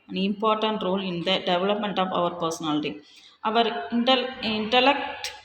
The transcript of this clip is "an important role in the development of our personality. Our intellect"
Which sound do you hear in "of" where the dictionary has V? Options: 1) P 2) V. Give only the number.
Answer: 2